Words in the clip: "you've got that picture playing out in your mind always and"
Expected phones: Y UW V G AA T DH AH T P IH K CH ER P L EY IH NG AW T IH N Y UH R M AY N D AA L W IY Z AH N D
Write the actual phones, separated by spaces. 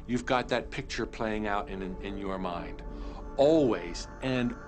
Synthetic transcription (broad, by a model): Y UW V G AA T DH AH T P IH K CH ER P L EY IH NG AW T IH N Y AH R M AY N D AA L W IY Z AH N